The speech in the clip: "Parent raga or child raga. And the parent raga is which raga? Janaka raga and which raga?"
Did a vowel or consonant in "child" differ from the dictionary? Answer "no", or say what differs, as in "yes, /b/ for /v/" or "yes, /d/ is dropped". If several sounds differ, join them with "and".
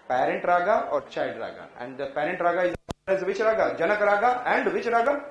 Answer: yes, /l/ is dropped